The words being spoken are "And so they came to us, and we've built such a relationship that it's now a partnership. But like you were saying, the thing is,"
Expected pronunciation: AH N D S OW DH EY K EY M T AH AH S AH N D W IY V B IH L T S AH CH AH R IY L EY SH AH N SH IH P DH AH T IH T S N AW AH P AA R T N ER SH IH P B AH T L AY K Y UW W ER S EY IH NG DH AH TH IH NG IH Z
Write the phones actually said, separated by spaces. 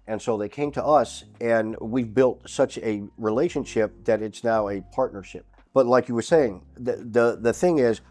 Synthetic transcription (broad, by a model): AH N S OW DH EY K EY M T AH AH S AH N W IY V B IH L T S AH CH AH R IY L EY SH AH N SH IH P DH AH T IH T S N AW AH P AA R T N ER SH IH P B AH T L AY K Y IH W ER S EY IH NG DH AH TH IH NG IH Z